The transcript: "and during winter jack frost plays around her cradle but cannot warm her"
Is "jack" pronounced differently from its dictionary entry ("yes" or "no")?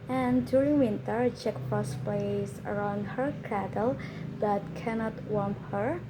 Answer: yes